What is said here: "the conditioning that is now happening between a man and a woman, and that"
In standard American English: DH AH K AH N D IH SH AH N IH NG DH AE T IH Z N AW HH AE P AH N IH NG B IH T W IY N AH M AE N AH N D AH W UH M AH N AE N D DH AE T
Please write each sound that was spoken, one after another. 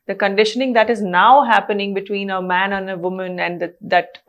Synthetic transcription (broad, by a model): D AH K AH N D IH SH AH N IH NG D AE T IH Z N AW HH AE P AH N IH NG B IH T W IY N AH M AE N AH N AH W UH M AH N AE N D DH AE T